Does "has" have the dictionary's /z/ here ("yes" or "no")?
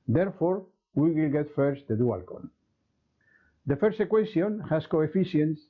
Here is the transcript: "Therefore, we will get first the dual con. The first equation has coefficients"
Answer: no